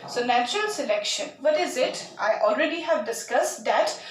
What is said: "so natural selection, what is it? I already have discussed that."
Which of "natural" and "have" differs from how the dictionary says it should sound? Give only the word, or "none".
none